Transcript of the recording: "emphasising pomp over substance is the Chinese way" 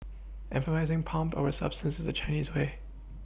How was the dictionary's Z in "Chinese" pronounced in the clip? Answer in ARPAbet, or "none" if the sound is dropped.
Z